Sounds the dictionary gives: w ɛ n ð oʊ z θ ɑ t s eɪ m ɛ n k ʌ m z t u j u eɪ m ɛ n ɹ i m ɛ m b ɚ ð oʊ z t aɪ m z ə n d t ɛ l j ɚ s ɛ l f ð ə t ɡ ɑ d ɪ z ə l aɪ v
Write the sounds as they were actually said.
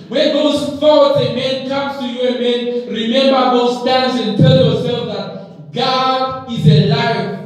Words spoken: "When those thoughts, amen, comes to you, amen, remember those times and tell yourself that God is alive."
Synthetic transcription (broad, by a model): w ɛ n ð oʊ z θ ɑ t eɪ m ɛ n k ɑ m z t u j u eɪ m ɛ n ɹ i m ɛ m b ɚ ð oʊ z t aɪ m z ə n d t ɛ l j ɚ s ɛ l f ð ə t ɡ ɑ d ɪ z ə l aɪ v